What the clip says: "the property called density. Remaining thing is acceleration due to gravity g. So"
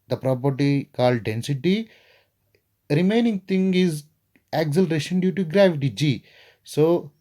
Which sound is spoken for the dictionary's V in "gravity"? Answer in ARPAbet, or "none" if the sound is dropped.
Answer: V